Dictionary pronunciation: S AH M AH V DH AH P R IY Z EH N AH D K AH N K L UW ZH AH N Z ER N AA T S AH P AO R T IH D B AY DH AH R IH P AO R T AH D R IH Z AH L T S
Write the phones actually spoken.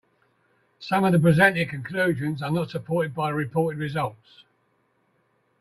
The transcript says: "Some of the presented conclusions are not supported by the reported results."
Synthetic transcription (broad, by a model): S AH M AH V DH AH P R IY Z EH N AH K AH N K L UW ZH AH N Z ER N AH T S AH P AO T IH D B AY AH R IH P AO T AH D R IH Z AH L T S